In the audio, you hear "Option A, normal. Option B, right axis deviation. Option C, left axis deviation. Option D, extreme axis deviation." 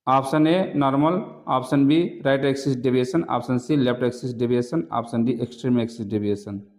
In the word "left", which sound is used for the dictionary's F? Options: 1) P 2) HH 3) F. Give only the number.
1